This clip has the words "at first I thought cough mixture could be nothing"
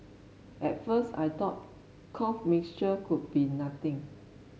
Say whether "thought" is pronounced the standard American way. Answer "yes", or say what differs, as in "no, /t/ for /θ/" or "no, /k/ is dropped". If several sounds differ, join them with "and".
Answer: no, /t/ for /θ/